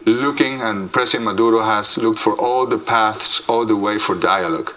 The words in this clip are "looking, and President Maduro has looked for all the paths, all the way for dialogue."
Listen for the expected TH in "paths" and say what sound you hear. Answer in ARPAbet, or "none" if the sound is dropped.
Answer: TH